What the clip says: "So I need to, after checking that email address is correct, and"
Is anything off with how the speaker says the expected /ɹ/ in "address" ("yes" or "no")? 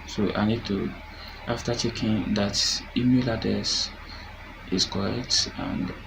yes